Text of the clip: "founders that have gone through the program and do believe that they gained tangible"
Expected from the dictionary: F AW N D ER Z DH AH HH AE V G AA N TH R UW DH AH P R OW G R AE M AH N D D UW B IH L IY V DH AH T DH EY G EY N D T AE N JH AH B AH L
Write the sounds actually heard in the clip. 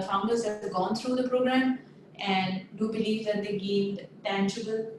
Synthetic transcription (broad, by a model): F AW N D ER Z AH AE G AA N T R UW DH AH P R OW G R AE M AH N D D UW B IH L IY V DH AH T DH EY G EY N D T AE N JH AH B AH L